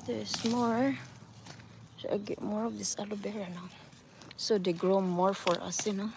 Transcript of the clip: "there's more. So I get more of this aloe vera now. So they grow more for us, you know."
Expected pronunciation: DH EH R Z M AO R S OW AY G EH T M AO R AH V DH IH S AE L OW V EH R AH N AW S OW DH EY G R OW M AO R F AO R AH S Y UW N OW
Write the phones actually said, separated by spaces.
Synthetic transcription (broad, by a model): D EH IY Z M AO R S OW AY G EH T M AO R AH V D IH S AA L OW B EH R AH N AW S OW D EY G R OW M AO R F AO R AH S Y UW N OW